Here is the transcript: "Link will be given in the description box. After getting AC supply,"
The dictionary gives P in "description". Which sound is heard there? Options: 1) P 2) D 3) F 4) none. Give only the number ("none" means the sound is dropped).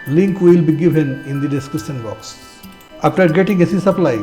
4